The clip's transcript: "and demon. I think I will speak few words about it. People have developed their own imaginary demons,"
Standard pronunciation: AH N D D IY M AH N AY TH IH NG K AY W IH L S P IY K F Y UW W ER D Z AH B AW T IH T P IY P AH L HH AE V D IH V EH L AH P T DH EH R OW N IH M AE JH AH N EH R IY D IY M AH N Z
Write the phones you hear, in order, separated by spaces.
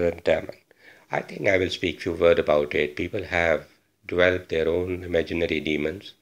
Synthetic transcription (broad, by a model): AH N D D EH M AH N AY T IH NG K AY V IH L S P IY K F Y UW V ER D AH B AW T IH T P IY P AH L HH AE V D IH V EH L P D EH R OW N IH M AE JH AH N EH R IY D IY M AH N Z